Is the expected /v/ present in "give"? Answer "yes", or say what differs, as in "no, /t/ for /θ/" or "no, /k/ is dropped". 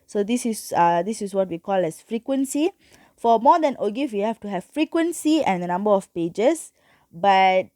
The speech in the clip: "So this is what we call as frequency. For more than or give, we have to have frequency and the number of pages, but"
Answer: no, /f/ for /v/